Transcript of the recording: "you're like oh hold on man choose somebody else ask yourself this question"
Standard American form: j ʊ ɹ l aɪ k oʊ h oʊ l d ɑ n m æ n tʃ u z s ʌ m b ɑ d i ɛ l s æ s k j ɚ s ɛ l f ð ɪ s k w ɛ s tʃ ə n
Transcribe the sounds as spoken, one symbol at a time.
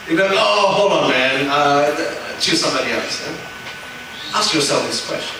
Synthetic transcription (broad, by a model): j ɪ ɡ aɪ oʊ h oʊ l ɑ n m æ n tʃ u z s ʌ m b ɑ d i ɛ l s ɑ s k j ɚ s ɛ l f ð ɪ s k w ɛ s tʃ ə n